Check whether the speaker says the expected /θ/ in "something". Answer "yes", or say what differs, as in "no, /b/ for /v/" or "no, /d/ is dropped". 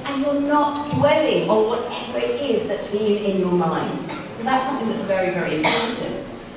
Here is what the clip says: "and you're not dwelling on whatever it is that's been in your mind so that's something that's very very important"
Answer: yes